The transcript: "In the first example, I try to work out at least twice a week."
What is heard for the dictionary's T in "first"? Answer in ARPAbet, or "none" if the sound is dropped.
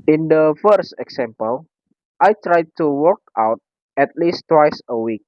T